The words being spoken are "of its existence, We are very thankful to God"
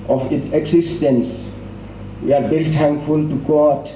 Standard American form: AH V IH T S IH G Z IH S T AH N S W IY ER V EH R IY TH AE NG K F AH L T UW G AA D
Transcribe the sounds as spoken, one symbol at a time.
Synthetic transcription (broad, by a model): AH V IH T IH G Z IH S T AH N S W IY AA V EH R IY T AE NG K F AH L T UW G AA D